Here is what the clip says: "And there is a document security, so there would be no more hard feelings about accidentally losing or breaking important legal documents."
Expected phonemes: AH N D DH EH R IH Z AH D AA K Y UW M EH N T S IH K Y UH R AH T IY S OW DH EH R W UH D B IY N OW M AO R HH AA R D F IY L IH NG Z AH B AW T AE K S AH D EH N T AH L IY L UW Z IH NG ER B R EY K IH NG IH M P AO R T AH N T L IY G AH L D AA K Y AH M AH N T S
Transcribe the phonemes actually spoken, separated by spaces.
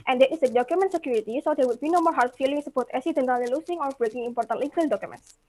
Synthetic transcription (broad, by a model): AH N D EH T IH S AH D AA K Y UW M EH N T S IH K Y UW R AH T IY S OW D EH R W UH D B IY N OW M AO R HH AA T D F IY L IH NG S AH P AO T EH S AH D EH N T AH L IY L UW S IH NG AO B R EY K IH NG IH M P AO R T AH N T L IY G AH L D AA K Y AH M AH N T S